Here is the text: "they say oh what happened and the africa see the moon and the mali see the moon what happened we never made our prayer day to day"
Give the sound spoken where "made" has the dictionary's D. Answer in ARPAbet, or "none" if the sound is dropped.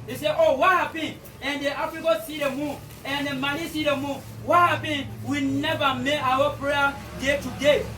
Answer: none